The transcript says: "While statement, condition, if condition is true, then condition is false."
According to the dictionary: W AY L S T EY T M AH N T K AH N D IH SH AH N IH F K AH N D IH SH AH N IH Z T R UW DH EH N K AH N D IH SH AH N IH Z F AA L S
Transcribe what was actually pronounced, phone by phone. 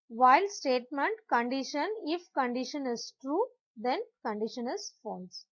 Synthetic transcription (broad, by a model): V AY L S T EY T M AH N T K AH N D IH SH AH N IH F K AH N D IH SH AH N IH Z T R UW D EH N K AH N D IH SH AH N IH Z F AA L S